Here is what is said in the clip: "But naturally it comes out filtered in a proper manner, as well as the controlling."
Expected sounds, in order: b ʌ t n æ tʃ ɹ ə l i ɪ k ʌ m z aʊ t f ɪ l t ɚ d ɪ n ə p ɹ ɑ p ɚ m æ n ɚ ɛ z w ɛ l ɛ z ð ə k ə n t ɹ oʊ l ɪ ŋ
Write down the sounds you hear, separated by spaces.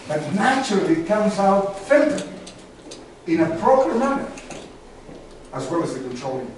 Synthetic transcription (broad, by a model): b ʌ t n æ tʃ ɹ ə l i k ʌ m z aʊ t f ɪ n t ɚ ɪ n ə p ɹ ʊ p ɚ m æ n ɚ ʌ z w ɛ l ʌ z ð ə k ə n t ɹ oʊ l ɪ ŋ